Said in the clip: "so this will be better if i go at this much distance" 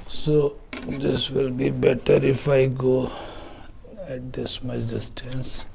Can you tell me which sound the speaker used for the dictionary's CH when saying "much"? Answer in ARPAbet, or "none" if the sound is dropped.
S